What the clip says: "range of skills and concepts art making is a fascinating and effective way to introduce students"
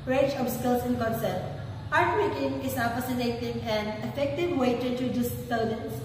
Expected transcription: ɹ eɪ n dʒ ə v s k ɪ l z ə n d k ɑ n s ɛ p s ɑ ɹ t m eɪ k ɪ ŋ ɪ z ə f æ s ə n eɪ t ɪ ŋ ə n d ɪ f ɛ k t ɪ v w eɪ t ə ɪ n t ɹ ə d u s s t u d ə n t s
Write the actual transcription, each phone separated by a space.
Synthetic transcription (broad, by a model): ɹ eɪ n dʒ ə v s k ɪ l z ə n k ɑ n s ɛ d ɑ ɹ t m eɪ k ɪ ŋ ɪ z ə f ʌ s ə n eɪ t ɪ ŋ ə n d ɪ f ɛ k t ɪ v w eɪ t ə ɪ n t ə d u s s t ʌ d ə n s